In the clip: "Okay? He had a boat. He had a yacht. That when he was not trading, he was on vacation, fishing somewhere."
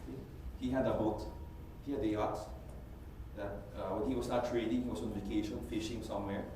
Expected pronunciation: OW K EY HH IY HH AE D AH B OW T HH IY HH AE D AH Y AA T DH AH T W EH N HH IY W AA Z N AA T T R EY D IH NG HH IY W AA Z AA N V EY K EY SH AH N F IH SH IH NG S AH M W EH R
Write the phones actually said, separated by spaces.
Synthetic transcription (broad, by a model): HH IY HH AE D AH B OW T HH IY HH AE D AH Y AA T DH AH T W EH N HH IY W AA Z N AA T T R EY D IH NG HH IY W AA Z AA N V EY K EY SH AH N F IH SH IH NG S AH M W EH R